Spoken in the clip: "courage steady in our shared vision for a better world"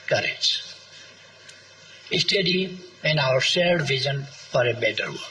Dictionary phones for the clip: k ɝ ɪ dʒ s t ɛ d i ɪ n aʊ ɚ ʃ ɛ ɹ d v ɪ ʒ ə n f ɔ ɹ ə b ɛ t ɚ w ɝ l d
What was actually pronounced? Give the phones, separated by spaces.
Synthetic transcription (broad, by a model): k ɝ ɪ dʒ s t ɛ d i ɪ n aʊ ɚ s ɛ l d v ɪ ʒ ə n f ɔ ɹ ə b ɛ t ɚ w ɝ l